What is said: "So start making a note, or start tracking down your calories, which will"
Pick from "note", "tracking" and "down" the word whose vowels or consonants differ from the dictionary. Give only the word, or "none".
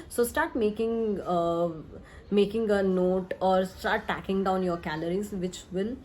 tracking